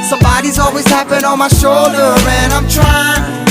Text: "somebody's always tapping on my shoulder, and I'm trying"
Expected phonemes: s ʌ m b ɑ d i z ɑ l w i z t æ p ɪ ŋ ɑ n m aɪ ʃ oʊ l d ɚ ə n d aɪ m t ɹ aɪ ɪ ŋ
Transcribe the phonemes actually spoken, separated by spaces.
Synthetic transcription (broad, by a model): s ʌ m b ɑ d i z ɑ l w i z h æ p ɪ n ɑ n m aɪ ʃ oʊ l d ɚ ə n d aɪ m t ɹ aɪ ɪ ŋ